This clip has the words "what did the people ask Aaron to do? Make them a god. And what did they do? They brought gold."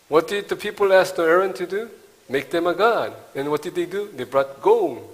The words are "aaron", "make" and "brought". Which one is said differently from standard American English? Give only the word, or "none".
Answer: none